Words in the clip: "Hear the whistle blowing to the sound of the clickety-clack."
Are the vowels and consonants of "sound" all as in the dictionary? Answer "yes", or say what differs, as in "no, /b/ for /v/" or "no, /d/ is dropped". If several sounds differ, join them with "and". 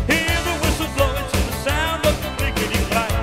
yes